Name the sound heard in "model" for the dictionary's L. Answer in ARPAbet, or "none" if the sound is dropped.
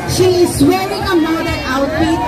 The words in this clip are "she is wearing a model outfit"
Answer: N